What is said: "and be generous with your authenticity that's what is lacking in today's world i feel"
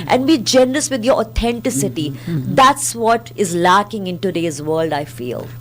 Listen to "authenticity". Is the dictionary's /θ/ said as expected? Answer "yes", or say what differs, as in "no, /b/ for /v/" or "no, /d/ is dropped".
no, /t/ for /θ/